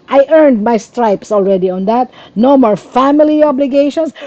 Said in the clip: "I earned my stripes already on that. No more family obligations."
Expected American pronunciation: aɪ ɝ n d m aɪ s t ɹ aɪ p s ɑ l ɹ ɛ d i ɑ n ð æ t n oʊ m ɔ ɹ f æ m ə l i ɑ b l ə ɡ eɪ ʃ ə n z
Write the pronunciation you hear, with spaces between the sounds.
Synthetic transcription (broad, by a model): aɪ ɝ n d m aɪ s t ɹ aɪ p s ɑ l ɹ ɛ d i ɑ n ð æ t n oʊ m ɔ ɹ f æ m ə l i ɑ b l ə ɡ eɪ ʃ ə n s